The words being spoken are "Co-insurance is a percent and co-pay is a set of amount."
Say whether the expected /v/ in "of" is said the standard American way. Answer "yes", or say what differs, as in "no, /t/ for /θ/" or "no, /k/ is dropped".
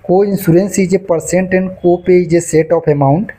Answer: no, /p/ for /v/